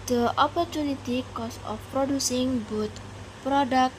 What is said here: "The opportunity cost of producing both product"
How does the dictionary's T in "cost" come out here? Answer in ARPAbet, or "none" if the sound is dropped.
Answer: none